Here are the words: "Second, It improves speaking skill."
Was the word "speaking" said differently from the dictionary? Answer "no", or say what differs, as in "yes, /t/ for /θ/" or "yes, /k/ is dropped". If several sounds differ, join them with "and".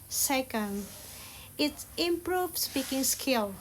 yes, /b/ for /p/